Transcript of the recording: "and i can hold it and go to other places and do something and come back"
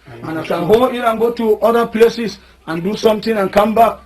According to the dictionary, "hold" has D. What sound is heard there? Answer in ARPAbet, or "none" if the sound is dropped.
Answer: none